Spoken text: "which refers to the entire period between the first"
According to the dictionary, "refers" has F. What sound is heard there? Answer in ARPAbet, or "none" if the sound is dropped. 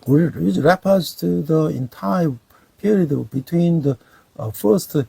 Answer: P